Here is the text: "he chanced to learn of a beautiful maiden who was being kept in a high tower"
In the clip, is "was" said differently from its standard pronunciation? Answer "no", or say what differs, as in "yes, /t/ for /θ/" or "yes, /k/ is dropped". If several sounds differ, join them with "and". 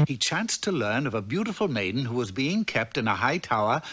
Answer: no